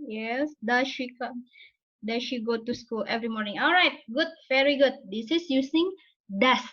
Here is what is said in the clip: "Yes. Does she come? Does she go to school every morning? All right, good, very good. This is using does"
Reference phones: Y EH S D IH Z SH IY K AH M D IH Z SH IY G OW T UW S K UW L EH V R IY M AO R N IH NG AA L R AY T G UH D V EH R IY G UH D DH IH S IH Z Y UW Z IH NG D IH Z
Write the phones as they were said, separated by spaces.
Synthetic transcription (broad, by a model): Y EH S D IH SH IY K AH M D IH SH IY G OW T UW S K UW L EH V R IY M AO R N IH NG AA L R AY T G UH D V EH R IY G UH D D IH S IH S Y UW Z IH NG D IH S